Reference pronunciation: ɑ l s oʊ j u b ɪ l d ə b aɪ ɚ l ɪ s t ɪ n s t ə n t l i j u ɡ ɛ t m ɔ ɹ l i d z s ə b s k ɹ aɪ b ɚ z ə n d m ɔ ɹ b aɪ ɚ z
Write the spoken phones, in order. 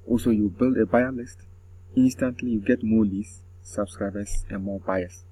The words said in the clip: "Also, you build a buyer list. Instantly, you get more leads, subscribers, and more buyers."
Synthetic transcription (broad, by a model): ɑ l s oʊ j u b ɪ l d ə b aɪ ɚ l ɪ s t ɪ n s t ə n t l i j u ɡ ɛ t m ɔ l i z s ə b s k ɹ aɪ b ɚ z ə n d m ɔ b aɪ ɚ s